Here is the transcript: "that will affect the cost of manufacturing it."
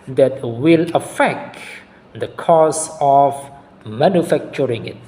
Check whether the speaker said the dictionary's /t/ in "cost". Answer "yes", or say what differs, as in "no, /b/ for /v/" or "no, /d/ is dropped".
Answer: no, /t/ is dropped